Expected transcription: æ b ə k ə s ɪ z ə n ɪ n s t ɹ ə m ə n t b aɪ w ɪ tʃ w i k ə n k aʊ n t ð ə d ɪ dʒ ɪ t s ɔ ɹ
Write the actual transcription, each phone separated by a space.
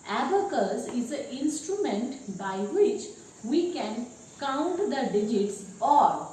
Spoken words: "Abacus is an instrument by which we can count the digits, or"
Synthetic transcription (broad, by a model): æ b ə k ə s ɪ z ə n ɪ n s t ɹ ə m ə n t b aɪ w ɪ tʃ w i k ə n k aʊ n t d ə d ɪ dʒ ɪ t s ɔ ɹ